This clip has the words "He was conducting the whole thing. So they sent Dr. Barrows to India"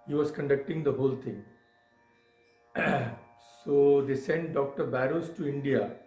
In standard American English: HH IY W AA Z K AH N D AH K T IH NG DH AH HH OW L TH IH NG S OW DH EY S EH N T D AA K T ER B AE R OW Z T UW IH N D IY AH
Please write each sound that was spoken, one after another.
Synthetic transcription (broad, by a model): HH IY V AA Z K AH N D AH K T IH NG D AH HH OW L T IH NG S OW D EY S EH N T D AA K T ER B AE R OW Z T UW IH N D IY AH